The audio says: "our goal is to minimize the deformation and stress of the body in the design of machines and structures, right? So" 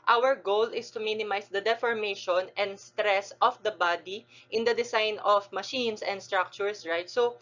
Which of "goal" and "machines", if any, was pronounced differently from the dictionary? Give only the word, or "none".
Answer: machines